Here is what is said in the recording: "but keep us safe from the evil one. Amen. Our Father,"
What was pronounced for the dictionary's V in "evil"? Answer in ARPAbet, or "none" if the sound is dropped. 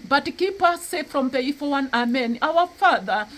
F